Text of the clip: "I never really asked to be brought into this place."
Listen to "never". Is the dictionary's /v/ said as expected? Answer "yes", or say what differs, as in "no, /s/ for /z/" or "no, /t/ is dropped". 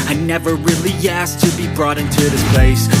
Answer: yes